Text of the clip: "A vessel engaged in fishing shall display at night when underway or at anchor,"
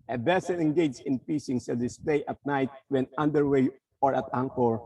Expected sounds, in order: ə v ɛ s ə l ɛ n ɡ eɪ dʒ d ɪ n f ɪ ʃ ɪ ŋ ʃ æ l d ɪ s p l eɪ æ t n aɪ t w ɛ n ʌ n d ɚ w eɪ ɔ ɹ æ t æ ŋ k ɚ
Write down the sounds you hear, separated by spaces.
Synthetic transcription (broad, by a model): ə b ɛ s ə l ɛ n ɡ eɪ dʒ ɪ n p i s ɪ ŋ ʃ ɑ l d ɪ s p l eɪ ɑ t n aɪ t w ɛ n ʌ n d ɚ w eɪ ɔ ɹ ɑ t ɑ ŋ k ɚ